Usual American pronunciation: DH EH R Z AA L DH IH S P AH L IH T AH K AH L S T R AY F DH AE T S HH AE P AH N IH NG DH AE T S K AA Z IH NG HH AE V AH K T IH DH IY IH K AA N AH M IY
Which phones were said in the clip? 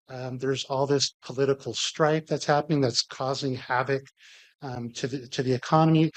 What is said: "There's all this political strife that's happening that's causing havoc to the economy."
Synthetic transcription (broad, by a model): DH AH R Z AA L DH IH S P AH L IH T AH K L S T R AY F DH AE T S HH AE P AH N IH NG DH AE T S K AA Z IH NG HH AE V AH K T IH DH IY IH K AA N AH M IY